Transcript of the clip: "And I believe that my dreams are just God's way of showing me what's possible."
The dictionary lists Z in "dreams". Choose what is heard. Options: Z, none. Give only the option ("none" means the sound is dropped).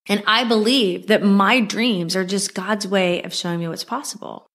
Z